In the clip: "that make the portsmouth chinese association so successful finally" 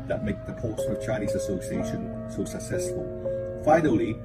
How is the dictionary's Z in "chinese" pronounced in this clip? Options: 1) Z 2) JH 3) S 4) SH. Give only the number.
1